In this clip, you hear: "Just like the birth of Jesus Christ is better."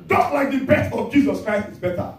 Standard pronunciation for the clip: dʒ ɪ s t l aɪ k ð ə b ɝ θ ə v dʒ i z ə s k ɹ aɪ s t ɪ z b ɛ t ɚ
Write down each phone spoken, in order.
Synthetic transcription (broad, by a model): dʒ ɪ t l aɪ k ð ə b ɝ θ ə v dʒ i z ə s k ɹ aɪ s t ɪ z b ɛ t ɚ